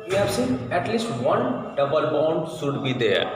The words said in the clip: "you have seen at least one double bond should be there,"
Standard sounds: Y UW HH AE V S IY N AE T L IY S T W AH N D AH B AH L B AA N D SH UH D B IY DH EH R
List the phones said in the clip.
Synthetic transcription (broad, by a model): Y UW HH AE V S IY N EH T L IY S T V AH N D AH B AH L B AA N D S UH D B IY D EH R